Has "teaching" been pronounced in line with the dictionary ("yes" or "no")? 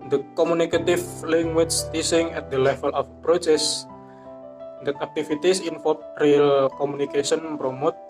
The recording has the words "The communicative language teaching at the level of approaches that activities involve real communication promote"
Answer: no